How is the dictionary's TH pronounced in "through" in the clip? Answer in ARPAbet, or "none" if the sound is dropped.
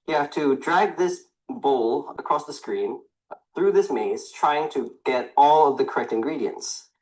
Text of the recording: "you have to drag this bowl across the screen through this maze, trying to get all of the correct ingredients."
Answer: TH